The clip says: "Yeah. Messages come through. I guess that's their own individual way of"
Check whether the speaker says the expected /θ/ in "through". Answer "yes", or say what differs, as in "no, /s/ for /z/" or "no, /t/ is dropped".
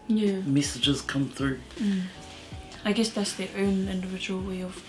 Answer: yes